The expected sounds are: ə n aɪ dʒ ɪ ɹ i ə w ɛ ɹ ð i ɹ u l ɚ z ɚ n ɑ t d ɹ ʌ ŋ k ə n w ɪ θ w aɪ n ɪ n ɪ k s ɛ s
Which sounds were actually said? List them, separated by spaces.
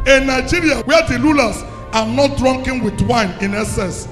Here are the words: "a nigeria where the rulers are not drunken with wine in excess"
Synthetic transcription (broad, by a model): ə n aɪ dʒ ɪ ɹ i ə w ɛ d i l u l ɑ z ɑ n ɑ t d ɹ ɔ ŋ k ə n w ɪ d w aɪ n ɪ n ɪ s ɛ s